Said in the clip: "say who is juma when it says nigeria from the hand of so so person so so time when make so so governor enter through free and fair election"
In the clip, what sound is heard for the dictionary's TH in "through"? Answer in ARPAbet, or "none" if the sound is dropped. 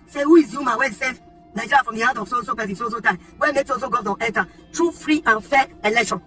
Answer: T